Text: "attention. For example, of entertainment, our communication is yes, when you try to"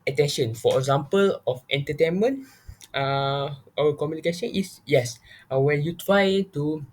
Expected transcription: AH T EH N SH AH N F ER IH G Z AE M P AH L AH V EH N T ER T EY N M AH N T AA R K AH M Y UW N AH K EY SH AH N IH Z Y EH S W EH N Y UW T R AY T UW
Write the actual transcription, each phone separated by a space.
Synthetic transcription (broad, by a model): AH T EH N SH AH N F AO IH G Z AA M P AH L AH F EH N T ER T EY N M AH N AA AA W K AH M Y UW N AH K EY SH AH N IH S Y EH S W EH N Y UW T R AY T UW